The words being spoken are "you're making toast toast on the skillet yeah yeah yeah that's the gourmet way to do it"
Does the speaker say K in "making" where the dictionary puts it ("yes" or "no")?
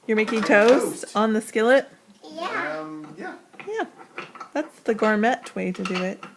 yes